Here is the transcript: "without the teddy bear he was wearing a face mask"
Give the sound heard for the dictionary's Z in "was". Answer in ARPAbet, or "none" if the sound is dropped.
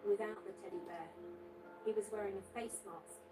Z